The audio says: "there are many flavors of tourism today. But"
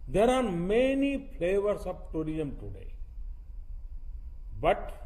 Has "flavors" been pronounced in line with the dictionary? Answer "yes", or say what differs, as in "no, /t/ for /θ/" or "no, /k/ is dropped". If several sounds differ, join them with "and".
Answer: no, /s/ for /z/